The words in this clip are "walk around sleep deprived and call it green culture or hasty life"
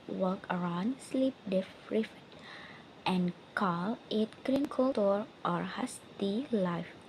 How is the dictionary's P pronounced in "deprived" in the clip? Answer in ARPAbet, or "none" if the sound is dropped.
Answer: F